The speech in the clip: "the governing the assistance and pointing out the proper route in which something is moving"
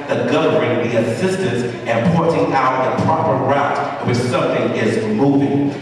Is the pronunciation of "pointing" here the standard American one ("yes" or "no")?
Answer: no